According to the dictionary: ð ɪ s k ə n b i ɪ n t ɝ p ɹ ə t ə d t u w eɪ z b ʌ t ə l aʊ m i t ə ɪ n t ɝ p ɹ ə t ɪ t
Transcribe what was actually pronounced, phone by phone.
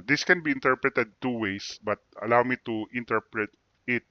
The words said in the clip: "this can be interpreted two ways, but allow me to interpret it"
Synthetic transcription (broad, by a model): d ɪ s k ə n b i ɪ n t ɝ p ɹ ə t ə d t u w eɪ s b ʌ t ə l aʊ m i t ə ɪ n t ɝ p ɹ ə t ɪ t